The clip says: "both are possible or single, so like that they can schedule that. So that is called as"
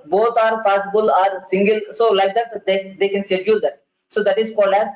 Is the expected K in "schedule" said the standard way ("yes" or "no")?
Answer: no